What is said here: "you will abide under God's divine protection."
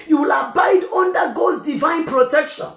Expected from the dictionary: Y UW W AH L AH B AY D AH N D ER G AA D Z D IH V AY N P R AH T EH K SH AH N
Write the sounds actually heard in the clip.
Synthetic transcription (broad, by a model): Y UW W AH L AH B AY D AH N D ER G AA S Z D IH V AY N P R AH T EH K SH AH N